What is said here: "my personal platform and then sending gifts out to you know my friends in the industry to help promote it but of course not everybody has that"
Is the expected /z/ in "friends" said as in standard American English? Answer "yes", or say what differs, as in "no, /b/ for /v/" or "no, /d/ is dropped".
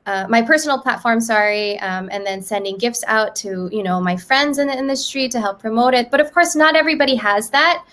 yes